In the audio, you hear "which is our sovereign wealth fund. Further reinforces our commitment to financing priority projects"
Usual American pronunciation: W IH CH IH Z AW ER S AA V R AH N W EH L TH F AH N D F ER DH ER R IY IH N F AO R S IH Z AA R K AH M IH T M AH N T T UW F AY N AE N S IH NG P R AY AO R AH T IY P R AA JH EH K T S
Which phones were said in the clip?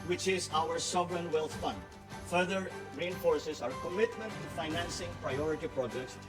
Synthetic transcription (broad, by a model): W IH CH IH Z AW ER S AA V R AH N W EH L T F AH N D F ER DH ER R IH N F AO R S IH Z AA R K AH M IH T M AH N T T UW F AY N AE N S IH NG P R AY AO R AH T IY P R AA JH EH K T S